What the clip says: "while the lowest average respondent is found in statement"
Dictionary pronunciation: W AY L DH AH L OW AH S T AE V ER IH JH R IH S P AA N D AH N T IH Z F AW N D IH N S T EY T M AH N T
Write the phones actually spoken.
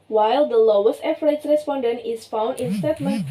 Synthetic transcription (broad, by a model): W AY L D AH L OW AH S T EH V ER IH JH R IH S P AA N D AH N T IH S F AW N D IH N S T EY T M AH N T